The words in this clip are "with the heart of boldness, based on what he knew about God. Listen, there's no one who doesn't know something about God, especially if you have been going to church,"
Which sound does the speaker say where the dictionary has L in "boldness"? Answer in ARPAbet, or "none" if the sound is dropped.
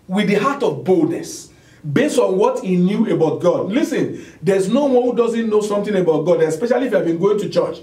L